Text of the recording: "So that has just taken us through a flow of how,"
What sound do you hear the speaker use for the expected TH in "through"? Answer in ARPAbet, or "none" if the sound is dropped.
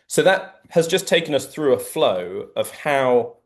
TH